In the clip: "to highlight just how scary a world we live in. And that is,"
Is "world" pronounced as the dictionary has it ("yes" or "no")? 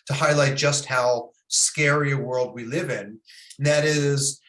yes